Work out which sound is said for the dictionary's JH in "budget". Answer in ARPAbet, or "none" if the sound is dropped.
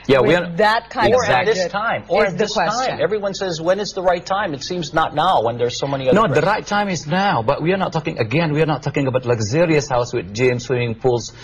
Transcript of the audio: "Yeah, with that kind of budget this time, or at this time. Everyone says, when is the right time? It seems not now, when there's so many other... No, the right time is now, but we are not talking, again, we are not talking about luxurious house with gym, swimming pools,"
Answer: none